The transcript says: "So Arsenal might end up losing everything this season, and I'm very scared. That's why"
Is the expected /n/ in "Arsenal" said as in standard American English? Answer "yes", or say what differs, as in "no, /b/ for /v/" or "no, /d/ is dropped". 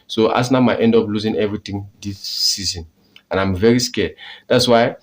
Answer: no, /n/ is dropped